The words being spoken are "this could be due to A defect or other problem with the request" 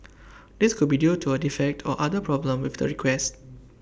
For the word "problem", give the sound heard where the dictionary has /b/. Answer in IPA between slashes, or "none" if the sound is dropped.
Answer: /b/